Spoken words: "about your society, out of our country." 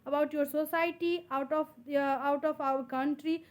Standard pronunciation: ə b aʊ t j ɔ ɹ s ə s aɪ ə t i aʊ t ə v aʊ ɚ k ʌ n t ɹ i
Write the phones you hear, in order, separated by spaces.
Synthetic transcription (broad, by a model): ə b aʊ t j ɔ ɹ s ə s aɪ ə t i aʊ t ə p aʊ ɚ k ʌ n t ɹ i